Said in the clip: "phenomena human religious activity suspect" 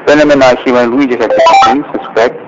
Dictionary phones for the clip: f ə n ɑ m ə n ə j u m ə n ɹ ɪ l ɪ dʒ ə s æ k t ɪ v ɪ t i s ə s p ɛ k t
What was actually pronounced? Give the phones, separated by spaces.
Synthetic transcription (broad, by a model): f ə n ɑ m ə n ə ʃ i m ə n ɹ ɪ i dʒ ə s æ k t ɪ ɪ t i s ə s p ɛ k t